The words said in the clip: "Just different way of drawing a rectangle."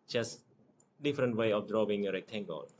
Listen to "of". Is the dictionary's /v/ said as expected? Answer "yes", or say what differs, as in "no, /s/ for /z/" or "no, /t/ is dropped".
no, /f/ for /v/